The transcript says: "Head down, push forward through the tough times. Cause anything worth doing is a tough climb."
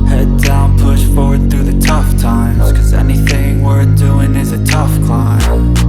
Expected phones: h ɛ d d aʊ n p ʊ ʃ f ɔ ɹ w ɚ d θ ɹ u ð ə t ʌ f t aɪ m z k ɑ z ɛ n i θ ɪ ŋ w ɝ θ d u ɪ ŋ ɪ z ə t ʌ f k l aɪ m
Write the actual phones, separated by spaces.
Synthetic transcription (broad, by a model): h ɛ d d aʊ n p ʊ ʃ f ɔ ɹ w ɚ d θ ɹ u ð ə t ʌ f t aɪ m z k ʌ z ɛ n i θ ɪ ŋ w ɝ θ d u ɪ ŋ ɪ z ə t ʌ f k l aɪ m